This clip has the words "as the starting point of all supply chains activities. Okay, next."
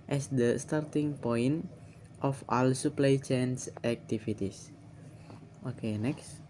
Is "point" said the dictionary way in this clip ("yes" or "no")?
yes